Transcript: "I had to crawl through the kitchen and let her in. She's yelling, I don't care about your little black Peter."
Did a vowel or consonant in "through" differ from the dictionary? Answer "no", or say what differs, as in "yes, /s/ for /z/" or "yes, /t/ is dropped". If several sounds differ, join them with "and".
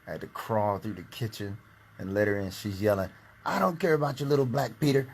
no